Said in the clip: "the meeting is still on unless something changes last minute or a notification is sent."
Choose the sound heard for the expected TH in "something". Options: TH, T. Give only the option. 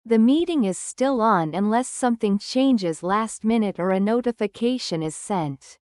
TH